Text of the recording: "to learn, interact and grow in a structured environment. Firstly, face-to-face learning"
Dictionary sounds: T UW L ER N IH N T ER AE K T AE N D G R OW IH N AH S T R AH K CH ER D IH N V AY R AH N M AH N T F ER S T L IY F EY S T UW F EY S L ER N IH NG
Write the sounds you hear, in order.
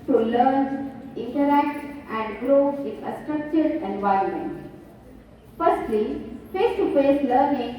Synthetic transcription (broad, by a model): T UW L ER N IH N T ER AE K T AE N D G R OW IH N AH S T R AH K CH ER D IH N V AY R AH N M AH N T F ER S T L IY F EY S T UW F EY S L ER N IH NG